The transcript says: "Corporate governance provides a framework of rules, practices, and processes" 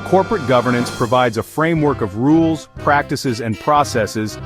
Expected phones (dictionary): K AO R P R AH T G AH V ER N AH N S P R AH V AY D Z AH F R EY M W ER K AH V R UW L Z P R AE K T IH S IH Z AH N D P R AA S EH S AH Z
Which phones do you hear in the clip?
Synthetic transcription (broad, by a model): K AO R P R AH T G AH V ER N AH N S P R AH V AY D Z AH F R EY M W ER K AH V R UW L Z P R AE K T IH S IH Z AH N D P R AA S EH S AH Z